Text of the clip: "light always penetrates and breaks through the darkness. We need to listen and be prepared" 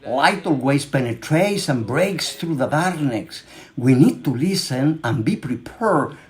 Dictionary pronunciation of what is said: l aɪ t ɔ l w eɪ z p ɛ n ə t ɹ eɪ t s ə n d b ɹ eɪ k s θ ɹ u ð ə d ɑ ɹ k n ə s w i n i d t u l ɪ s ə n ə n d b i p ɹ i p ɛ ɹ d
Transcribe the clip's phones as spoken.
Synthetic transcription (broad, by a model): l aɪ t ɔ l w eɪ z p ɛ n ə t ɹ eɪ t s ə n b ɹ eɪ k s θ ɹ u ð ə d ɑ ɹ n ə s w i n i d t u l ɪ s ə n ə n b i p ɹ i p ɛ ɹ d